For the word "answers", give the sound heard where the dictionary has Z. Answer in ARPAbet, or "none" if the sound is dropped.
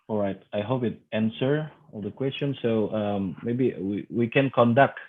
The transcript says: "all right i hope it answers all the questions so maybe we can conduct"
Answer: none